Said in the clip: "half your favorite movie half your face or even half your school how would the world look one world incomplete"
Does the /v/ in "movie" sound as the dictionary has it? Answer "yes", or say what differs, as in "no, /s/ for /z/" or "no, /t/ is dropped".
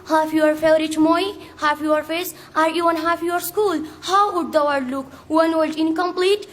no, /v/ is dropped